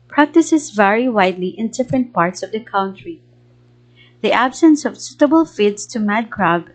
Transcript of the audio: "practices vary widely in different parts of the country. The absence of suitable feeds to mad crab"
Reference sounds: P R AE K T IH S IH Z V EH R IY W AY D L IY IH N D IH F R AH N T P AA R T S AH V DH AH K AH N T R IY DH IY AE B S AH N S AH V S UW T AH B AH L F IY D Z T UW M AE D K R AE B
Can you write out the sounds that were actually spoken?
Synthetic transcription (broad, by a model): P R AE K T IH S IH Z V EH R IY W AY D L IY IH N D IH F R AH N T P AA R T S AH V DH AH K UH N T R IY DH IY AE B S AH N S AH V S UW T AH B AH L F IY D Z T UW M AE D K R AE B